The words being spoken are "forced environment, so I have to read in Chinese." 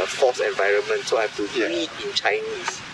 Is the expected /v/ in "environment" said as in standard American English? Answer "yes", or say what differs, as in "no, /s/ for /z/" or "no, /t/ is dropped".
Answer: yes